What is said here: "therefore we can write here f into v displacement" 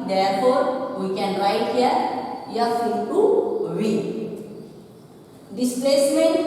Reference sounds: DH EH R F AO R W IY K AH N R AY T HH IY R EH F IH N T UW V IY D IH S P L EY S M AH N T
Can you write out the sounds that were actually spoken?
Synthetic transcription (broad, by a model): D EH R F AO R W IY K AH N R AY T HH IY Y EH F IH T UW W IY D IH S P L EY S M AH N